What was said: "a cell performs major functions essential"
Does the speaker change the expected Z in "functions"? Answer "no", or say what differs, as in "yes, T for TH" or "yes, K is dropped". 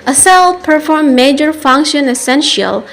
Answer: yes, Z is dropped